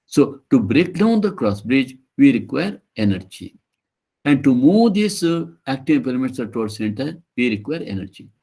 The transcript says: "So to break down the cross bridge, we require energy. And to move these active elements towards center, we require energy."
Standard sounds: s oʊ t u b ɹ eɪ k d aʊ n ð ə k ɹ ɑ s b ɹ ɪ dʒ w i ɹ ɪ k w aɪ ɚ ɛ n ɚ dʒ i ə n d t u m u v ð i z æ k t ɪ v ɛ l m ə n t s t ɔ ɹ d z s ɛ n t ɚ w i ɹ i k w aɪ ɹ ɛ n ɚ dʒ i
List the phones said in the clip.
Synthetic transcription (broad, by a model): s oʊ t u b ɹ eɪ k d aʊ n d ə k ɹ ɑ s b ɹ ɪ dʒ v i ɹ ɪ k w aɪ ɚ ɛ n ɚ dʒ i ə n d t u m u v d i s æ k t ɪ p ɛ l m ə t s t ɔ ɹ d s ɛ n t ɚ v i ɹ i k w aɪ ɹ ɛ n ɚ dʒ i